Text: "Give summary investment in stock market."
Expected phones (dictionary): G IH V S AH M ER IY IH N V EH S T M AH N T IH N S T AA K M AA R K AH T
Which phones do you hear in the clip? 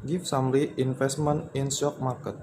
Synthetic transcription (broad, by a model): G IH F S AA M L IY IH N F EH S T M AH N IH N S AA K M AA K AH T